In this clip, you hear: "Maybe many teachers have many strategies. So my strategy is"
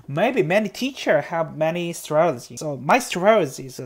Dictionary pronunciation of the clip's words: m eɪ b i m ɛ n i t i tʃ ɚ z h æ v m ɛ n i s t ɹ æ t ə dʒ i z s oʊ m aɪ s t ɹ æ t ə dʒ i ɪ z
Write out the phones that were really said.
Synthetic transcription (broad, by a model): m eɪ b i m ɛ n i t i tʃ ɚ h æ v m ɛ n i s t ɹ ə i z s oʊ m aɪ s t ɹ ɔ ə z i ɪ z